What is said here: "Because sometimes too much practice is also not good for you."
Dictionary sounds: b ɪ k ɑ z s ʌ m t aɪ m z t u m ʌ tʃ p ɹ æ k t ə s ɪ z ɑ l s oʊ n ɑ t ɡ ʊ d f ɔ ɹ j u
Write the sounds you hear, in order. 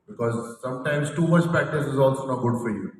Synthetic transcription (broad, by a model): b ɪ k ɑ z s ʌ m t aɪ m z t u m ʌ tʃ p æ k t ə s ɪ z ɑ l s oʊ n ɑ t ɡ ʊ d f ɔ ɹ j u